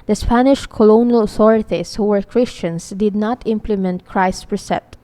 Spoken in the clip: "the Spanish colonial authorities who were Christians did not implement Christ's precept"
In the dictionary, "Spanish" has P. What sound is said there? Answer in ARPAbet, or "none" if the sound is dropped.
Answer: P